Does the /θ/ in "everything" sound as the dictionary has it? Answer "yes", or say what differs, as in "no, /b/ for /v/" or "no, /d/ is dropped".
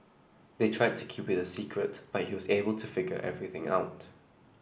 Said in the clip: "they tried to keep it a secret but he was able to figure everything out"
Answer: yes